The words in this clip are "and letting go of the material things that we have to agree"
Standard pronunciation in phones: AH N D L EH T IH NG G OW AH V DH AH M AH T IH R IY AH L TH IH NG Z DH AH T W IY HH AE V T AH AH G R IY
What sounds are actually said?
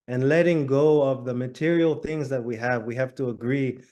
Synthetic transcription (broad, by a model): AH N L EH T IH NG G OW AH V DH AH M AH T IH R IY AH L TH IH NG Z DH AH T W IY HH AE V T AH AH G R IY